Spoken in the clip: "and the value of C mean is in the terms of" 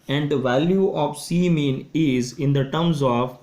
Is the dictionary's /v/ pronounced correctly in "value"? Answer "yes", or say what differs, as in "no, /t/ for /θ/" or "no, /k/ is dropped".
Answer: yes